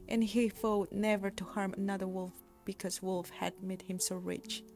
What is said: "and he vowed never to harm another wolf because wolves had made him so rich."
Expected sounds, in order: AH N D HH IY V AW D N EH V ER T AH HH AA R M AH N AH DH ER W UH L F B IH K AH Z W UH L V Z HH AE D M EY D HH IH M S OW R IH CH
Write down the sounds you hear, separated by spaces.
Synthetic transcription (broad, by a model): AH N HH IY F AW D N EH V ER T AH HH AA R M AH N AH DH ER W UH L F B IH K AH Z W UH L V HH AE D M EY D HH IH M S OW R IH CH